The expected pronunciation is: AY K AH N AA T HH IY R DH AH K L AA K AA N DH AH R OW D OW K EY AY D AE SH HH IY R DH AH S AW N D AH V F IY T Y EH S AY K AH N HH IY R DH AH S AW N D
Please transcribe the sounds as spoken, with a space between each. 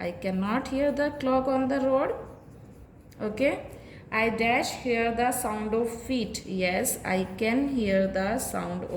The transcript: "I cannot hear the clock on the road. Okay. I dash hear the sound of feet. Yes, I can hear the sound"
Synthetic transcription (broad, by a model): AY K AH N AA T HH IY R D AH K L AA K AA N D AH R OW D OW K EY AY D AE SH HH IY R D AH S AW N D AH V F IY T Y EH S AY K AH N HH IY R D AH S AW N D